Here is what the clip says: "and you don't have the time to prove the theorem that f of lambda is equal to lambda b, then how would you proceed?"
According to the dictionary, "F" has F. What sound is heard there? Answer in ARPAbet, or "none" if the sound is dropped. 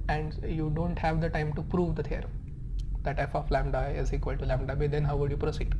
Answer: P